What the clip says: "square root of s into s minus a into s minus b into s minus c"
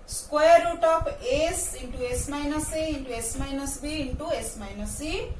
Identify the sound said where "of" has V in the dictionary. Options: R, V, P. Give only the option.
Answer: P